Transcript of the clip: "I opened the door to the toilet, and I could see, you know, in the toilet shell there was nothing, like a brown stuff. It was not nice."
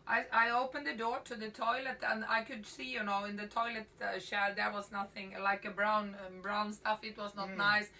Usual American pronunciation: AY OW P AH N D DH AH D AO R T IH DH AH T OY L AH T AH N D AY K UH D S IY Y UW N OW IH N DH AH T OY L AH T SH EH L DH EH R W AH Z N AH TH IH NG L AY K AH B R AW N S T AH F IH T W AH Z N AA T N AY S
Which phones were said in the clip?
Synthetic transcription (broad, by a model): AY OW P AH N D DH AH D AO R T IH DH AH T OY L AH T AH N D AY K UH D S IY Y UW N OW IH N DH AH T OY L AH T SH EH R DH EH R W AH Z N AH TH IH NG L AY K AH B R AW N S T AH F IH T W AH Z N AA T N AY S